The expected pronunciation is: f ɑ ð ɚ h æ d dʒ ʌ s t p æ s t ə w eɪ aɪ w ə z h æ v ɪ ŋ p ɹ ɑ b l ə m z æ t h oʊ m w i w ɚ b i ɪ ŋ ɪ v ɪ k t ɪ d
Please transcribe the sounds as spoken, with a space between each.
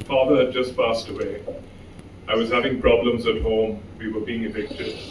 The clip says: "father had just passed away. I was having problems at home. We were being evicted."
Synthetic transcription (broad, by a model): f ɑ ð ɚ h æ d dʒ ʌ s t p æ s t ə w eɪ aɪ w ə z h æ v ɪ ŋ p ɹ ɑ b l ə m z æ t h oʊ m w i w ɚ b i ɪ ŋ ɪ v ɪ k t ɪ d